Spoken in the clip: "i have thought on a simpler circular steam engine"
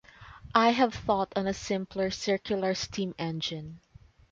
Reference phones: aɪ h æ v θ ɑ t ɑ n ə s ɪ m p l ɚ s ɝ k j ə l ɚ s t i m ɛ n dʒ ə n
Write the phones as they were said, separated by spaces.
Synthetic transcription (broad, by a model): aɪ h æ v θ ɑ t ɑ n ə s ɪ m p l ɚ s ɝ k j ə l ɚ s t i m ɛ n dʒ ə n